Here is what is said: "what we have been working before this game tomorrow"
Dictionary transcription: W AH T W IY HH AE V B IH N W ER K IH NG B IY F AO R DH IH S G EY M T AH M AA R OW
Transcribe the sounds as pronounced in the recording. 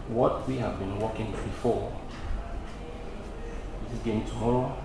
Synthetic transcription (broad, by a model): W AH T W IY HH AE V B IH N W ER K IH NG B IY F AO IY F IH G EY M T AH M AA R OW